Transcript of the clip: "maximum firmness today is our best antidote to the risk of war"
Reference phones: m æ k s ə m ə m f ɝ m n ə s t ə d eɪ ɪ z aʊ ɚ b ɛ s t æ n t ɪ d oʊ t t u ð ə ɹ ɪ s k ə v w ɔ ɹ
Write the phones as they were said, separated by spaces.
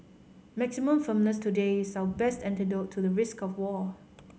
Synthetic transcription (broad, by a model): m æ k s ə m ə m f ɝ m n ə s t ə d eɪ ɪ s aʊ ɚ b ɛ s t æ n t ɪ d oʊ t t u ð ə ɹ ɪ s k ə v w ɔ